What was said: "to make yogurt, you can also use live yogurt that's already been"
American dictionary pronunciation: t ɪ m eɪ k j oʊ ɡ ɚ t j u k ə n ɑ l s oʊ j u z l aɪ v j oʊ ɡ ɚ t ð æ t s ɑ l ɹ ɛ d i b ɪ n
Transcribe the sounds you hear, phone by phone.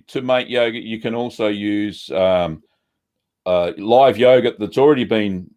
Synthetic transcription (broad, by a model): t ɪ m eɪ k j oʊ ɡ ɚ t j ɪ k ə n ɑ l s oʊ j u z l aɪ v j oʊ ɡ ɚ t ð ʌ t s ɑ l ɹ ɛ d i b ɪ n